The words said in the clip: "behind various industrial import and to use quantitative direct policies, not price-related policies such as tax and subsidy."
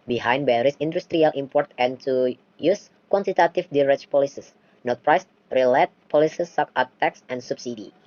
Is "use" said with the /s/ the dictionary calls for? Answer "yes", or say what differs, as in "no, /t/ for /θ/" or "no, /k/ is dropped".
yes